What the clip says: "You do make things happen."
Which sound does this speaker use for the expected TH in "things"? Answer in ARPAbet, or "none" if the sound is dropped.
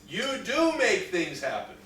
TH